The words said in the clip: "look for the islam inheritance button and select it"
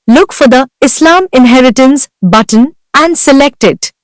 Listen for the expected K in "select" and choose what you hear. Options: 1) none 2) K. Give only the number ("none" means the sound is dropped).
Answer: 2